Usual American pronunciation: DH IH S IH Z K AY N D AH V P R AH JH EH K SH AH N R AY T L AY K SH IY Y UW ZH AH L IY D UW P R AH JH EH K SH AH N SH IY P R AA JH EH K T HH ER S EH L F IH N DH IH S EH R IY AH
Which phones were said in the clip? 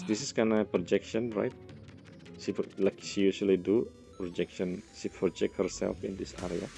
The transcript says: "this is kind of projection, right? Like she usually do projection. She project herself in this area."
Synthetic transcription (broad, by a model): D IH S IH S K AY N AH P R AH JH EH K SH AH N R AY T L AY K SH IY Y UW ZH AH L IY D UW P R AH JH EH K SH AH N SH IY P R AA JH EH K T HH ER S EH L F IH N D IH S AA R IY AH